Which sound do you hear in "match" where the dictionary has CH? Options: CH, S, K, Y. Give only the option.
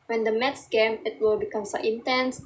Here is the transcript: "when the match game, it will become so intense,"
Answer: S